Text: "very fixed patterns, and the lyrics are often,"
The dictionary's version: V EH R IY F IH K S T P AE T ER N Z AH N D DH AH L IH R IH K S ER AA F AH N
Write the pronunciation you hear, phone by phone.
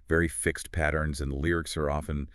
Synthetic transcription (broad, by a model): V EH R IY F IH K S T P AE T ER N Z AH N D L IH R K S ER AA F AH N